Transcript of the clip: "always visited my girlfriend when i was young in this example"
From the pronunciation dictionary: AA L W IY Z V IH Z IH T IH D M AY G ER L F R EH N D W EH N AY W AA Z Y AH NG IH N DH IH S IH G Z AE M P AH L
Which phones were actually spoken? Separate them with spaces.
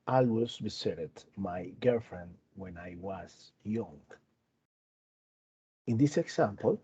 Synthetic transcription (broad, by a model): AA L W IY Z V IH S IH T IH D M AY G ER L F R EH N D W EH N AY W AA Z Y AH NG IH N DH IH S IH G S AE M P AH L